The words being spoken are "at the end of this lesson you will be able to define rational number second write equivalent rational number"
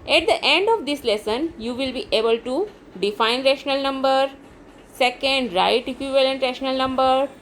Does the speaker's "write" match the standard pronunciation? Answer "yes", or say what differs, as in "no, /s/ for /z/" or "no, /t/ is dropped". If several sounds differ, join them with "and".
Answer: yes